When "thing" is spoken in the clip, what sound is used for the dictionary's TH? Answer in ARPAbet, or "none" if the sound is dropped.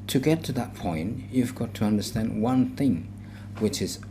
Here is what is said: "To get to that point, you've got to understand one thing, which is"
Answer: TH